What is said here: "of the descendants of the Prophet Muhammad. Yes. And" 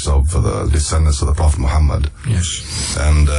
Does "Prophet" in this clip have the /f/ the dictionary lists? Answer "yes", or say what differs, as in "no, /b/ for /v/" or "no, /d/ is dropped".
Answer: yes